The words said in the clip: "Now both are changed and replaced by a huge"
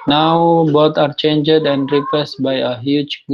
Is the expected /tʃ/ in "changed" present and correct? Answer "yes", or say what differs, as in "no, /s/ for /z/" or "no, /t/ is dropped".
yes